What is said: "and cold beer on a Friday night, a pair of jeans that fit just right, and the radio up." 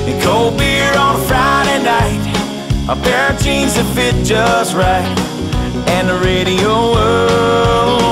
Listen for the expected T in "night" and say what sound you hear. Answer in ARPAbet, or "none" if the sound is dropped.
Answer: T